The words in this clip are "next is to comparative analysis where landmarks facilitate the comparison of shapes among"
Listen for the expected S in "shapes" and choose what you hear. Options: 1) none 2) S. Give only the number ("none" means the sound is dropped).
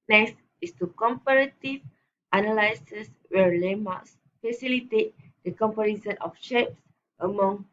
2